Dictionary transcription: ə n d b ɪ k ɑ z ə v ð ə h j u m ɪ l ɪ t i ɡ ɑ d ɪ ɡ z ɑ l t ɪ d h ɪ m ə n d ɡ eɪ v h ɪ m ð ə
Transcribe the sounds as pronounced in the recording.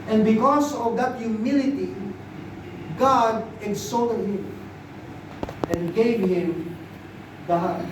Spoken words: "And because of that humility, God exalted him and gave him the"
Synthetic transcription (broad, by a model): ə n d b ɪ k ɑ s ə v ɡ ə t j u m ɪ l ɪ t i ɡ ɑ d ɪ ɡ s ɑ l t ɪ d h ɪ m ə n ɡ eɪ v h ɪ m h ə